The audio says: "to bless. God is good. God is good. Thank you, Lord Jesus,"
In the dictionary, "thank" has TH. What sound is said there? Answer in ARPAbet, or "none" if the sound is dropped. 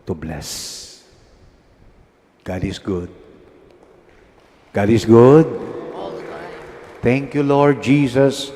T